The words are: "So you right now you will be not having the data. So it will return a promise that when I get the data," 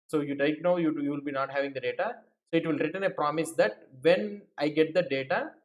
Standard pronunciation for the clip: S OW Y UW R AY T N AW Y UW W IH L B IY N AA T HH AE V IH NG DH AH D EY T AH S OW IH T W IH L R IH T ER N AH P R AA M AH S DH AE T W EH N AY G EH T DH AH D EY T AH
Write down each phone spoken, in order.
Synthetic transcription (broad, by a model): S OW Y UW L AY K N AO Y UW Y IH L B IY N AA T HH AE V IH NG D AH D EY T AH S OW IH T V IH L R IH T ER N AH P R AA M AH S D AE T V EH N AY G EH T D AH D EY T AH